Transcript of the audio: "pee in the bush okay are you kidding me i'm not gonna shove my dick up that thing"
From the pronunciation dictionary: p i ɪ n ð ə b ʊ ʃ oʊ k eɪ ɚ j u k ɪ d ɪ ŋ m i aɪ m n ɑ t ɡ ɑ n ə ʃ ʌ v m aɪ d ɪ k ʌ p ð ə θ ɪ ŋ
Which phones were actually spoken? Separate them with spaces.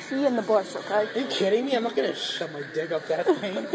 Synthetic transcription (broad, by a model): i ɪ n ð ə b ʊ s oʊ k eɪ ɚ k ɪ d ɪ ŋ m i aɪ m n ɑ t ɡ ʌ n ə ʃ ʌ m aɪ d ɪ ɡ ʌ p ð ə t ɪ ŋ